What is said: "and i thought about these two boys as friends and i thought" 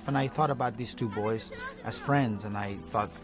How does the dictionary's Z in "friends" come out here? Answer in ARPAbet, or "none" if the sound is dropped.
Z